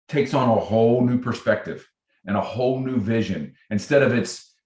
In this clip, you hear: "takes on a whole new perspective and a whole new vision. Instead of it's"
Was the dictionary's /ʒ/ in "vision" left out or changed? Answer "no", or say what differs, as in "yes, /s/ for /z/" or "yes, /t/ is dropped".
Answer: no